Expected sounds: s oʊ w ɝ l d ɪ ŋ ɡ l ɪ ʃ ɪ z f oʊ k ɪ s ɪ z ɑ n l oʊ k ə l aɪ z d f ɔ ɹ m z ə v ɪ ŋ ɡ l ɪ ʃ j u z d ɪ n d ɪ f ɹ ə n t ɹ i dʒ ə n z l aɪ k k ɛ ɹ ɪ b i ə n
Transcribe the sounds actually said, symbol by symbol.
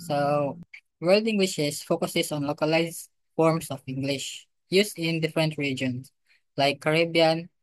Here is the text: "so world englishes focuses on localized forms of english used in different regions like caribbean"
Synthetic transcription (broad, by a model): s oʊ w ɝ l d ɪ ŋ ɡ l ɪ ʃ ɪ s f oʊ k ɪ s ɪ s ɑ n l oʊ k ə l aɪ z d f ɔ ɹ m s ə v ɪ ŋ ɡ l ɪ ʃ j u s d ɪ n d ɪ f ɹ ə n t ɹ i dʒ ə n s l aɪ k k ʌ ɹ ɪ b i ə n